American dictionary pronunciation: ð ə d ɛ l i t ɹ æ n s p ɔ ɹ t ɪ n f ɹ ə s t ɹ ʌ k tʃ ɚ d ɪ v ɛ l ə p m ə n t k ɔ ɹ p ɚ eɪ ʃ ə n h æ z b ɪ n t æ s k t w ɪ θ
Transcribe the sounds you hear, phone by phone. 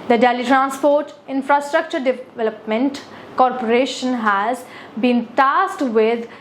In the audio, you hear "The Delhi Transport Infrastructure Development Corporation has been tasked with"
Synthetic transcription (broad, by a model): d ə d ɛ l i t ɹ æ n s p ɔ ɹ t ɪ n f ɹ ə s t ɹ ʌ k tʃ ɚ d ɪ v ɛ l ə p m ə n t k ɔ ɹ p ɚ eɪ ʃ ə n h æ z b ɪ n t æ s t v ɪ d